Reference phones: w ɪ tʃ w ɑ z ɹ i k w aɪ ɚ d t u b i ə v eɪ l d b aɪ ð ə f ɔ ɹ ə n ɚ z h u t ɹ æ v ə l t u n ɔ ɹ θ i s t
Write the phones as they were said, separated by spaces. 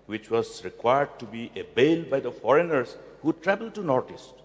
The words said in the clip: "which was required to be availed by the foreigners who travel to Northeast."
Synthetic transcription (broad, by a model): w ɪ tʃ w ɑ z ɹ i k w aɪ ɚ d t u b i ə b eɪ l b aɪ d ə f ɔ ɹ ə n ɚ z h u t ɹ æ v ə l t u n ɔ ɹ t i s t